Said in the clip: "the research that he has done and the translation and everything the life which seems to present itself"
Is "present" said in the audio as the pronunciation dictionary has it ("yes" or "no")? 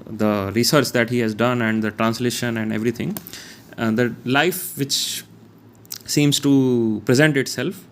yes